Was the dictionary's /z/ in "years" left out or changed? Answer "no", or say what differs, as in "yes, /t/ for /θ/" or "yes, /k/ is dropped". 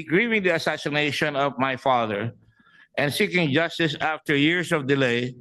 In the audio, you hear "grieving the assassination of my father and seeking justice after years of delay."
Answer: yes, /s/ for /z/